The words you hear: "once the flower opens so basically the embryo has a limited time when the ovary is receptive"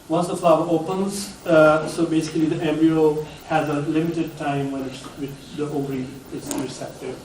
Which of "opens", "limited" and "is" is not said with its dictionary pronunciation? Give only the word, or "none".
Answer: is